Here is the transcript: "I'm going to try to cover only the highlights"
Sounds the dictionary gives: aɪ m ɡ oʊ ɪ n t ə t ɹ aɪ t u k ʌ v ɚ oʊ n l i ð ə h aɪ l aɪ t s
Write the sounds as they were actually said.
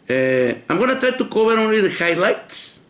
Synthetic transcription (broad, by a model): aɪ m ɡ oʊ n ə t ɹ aɪ t u k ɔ b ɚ oʊ n l i ð ə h aɪ l aɪ t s